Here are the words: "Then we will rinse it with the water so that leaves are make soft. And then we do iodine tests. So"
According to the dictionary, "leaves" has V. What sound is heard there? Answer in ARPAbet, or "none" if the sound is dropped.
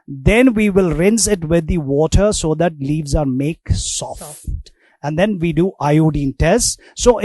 V